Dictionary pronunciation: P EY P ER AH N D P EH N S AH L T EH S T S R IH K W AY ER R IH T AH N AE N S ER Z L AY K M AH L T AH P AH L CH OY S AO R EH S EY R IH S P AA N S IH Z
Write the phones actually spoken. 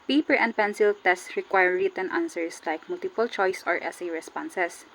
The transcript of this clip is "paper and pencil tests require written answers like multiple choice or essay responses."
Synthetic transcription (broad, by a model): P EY P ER AH N D P EH N S AH L T EH S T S R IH K W AY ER R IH T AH N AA N S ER S L AY K M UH L T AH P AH L CH OY S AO R EH S EY R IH S P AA N S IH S